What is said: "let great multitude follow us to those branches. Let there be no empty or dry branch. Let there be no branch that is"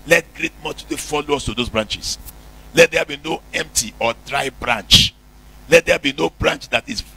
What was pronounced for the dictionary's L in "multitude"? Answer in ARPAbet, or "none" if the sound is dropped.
none